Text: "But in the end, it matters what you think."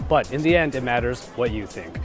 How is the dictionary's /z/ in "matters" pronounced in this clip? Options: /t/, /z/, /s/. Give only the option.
/z/